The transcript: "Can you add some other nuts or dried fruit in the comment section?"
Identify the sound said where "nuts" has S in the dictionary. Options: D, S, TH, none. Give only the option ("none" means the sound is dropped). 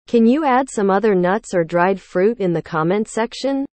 S